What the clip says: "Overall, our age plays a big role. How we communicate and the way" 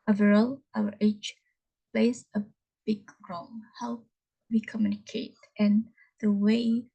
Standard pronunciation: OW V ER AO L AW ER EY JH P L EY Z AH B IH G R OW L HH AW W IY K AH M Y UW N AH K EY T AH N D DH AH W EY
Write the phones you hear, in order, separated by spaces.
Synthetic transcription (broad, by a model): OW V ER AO L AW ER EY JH P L EY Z AH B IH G R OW N HH AW W IY K AH M Y UW N AH K EY T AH N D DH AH W EY